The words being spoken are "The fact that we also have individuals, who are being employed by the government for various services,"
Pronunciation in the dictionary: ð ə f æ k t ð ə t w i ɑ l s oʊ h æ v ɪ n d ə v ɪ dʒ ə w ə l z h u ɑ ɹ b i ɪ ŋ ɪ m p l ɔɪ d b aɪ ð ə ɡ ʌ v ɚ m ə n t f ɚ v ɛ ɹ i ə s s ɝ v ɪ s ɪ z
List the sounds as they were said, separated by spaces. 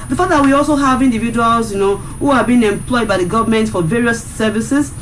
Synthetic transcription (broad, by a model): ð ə f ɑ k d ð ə t w i ɑ l s oʊ h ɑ v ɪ n d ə v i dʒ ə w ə l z h u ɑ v b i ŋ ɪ m p l ɔɪ d b aɪ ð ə ɡ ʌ v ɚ m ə n t f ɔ v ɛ ɹ i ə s s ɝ v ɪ s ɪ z